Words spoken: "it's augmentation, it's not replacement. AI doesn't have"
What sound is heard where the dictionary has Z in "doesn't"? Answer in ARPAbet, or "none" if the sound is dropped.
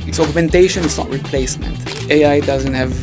Z